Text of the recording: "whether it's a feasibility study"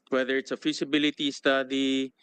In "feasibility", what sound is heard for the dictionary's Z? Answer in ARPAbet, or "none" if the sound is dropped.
S